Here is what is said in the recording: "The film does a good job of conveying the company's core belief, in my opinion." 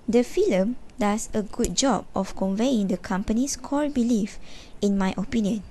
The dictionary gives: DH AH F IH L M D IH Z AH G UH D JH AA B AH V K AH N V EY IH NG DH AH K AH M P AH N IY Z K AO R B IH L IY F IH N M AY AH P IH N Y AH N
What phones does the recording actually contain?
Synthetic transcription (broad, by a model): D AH F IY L M D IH S AH G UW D JH AA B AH F K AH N V EY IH NG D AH K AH M P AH N IY S K AO L B IH L IY F IH N M AY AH P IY N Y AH N